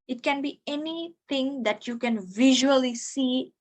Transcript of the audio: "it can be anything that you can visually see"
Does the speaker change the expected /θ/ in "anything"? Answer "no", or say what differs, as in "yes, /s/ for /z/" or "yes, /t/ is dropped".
yes, /t/ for /θ/